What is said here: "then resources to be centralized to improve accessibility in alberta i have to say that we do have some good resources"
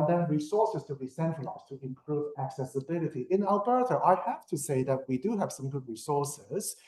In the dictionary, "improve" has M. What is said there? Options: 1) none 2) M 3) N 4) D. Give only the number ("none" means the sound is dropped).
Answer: 2